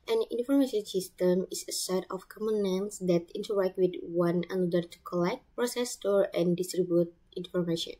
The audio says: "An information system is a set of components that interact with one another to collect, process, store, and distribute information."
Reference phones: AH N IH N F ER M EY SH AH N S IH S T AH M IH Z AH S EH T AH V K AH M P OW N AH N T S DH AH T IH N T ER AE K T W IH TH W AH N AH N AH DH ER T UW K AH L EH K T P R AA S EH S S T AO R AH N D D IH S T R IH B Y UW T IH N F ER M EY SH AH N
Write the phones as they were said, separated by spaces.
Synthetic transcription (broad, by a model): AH N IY N F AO M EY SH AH N S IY S T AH M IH S AH S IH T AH F K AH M OW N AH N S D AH T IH N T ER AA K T W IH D W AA N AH N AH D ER T UW K AH L EH K T P R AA S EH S S T AO R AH N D D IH S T R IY B Y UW T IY N F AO M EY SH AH N